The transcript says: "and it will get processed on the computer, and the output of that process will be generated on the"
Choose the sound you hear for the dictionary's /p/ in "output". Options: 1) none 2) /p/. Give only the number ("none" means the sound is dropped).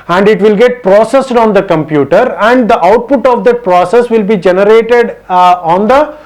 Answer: 2